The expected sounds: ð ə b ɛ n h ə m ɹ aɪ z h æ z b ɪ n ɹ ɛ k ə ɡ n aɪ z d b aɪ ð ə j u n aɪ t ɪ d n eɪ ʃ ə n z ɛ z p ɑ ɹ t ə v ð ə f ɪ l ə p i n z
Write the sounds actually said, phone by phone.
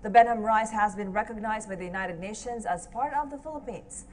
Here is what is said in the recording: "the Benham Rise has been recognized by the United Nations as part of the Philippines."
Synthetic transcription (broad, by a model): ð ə b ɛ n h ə m ɹ aɪ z h æ z b ɪ n ɹ ɛ k ə ɡ n aɪ z d b aɪ ð ə j u n aɪ t ɪ d n eɪ ʃ ə n z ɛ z p ɑ ɹ t ə v ð ə f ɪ l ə p i n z